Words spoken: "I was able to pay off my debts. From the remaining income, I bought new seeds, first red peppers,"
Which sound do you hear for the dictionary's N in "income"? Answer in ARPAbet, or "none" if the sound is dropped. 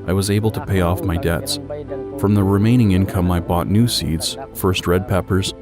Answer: N